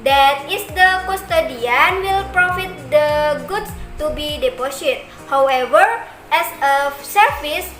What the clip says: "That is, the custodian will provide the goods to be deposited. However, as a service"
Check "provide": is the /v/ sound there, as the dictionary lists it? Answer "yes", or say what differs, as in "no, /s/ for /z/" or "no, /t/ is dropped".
no, /f/ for /v/